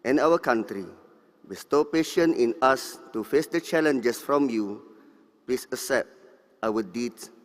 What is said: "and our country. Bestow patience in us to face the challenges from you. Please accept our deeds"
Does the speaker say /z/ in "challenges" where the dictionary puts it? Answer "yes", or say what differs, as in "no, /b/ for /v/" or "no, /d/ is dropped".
no, /s/ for /z/